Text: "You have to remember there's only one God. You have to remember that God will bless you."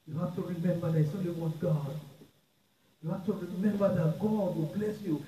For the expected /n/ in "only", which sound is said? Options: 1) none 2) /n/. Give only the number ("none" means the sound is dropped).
1